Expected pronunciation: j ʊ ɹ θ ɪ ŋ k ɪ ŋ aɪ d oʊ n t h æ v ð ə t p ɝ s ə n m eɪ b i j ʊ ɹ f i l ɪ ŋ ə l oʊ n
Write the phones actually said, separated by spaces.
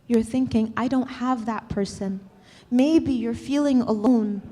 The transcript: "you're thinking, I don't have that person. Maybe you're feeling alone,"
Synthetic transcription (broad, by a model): j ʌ ɹ θ ɪ ŋ k ɪ ŋ aɪ d oʊ n t h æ v ð ə t p ɝ s ə n m eɪ b i j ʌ ɹ f i l ɪ ŋ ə l oʊ n